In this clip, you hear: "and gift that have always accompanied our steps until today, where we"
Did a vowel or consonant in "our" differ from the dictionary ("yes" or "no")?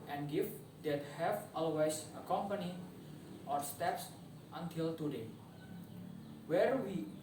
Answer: no